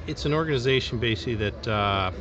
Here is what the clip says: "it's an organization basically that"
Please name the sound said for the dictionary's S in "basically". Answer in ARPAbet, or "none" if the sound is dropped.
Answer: none